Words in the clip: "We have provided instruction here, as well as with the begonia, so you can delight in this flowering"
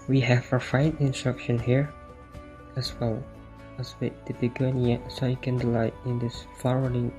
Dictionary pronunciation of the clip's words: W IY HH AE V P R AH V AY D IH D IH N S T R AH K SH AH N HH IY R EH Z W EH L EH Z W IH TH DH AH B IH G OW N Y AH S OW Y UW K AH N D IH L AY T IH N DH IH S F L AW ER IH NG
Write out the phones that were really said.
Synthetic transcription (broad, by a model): W IY HH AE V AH F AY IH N IH N S T R AH K SH AH N HH IY R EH S W EH L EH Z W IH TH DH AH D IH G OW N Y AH S OW Y UW K AH N D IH L AY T IH N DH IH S F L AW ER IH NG